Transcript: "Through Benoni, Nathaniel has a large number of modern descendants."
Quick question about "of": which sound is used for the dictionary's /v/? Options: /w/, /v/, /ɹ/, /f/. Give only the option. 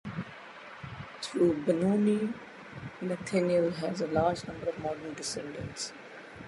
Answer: /v/